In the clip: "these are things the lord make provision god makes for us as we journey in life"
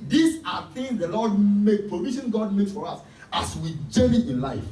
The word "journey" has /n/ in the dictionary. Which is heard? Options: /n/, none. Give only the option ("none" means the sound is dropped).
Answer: none